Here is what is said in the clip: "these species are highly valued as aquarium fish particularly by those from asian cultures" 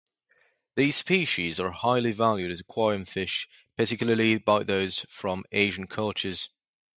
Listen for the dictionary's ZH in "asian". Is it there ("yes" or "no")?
yes